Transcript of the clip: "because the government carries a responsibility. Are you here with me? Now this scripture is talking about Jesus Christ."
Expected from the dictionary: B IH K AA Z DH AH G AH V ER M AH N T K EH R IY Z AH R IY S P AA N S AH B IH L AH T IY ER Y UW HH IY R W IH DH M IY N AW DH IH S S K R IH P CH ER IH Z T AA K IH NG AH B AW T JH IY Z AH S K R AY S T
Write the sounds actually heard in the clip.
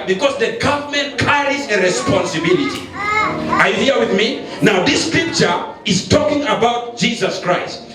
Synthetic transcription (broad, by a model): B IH K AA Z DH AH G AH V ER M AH N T K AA R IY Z AH R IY S P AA N S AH B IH L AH T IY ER Y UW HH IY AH W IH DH M IY N AW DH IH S S K R IH P CH ER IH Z T AA K IH NG AH B AW T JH IY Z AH S K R AY S T